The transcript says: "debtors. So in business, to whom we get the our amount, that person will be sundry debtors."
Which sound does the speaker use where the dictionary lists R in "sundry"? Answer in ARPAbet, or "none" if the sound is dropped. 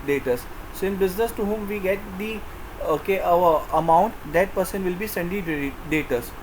none